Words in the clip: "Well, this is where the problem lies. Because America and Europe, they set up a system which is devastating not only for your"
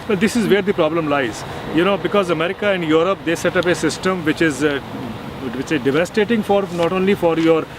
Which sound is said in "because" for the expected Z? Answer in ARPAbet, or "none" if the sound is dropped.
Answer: Z